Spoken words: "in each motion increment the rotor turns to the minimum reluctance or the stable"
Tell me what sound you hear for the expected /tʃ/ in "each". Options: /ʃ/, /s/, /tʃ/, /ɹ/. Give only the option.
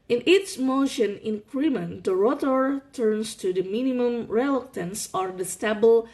/s/